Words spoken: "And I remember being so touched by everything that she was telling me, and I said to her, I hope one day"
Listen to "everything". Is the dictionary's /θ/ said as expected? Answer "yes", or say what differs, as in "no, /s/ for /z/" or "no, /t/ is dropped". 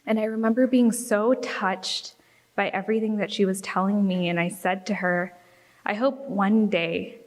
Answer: yes